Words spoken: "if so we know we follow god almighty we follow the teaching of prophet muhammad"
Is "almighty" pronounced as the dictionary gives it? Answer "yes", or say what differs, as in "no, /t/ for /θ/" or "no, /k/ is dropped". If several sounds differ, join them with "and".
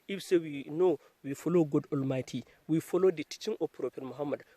yes